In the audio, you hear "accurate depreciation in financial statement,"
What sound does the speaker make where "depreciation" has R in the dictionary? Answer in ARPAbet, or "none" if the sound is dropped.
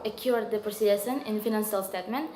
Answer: none